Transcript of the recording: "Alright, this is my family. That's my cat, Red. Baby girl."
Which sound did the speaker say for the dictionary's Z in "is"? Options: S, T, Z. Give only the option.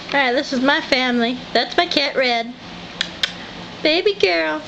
Z